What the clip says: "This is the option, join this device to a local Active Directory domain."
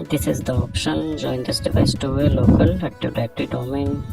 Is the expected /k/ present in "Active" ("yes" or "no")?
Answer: no